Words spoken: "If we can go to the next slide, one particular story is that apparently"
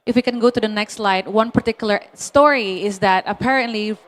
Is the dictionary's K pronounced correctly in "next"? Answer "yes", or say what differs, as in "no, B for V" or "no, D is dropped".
yes